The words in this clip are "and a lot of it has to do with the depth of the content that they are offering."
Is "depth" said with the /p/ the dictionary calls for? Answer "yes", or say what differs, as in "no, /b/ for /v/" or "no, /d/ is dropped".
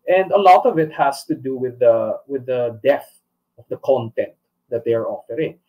no, /p/ is dropped